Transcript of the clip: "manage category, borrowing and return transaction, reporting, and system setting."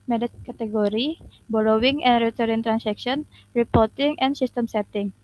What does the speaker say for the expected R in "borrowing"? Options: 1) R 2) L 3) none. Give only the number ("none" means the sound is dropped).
2